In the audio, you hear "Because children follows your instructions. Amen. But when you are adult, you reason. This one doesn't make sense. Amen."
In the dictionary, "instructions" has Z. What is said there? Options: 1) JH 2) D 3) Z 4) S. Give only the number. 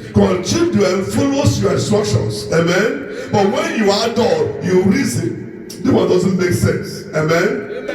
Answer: 4